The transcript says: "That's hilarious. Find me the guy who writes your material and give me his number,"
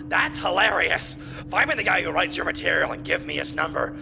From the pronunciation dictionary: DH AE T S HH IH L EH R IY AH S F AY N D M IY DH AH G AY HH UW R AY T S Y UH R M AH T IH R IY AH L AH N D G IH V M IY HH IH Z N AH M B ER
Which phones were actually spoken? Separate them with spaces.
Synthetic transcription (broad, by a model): DH AE T S HH IH L EH R IY AH S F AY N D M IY DH AH G AY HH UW R AY T S Y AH R M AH T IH R IY L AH N G IH V M IY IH S N AH M B ER